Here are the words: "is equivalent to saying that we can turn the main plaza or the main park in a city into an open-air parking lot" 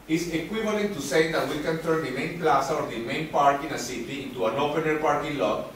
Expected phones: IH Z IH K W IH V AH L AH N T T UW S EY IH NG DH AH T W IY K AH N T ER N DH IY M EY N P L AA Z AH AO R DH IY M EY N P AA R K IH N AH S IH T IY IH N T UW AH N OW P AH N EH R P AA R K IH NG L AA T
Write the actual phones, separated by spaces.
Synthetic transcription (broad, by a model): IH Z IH K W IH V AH L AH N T T UW S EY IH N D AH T W IY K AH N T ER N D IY M EY N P L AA S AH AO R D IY M EY N P AA R K IH N AH S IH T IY IH N T UW AH N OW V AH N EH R P AA R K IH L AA